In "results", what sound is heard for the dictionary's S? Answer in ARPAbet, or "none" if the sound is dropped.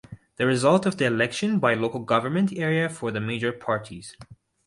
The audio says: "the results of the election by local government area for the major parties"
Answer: none